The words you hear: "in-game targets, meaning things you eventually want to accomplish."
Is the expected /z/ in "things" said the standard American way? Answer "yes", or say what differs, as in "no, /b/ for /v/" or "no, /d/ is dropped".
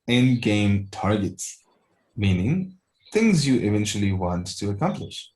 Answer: yes